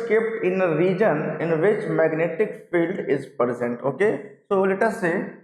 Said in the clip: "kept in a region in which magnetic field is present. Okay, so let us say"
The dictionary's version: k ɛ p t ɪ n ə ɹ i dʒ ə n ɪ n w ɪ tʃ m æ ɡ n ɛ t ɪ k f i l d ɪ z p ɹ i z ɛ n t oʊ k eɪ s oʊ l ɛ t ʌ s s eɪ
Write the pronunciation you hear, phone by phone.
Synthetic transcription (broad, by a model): k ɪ p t ɪ n ə ɹ i dʒ ə n ɪ n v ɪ tʃ m æ ɡ n ɛ t ɪ k f i l d ɪ z p ɹ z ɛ n t oʊ k eɪ s oʊ l ɛ t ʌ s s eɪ